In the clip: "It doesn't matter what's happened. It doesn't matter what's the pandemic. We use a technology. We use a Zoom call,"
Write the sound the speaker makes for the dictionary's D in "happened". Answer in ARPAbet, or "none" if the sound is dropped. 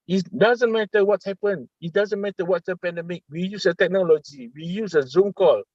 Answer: none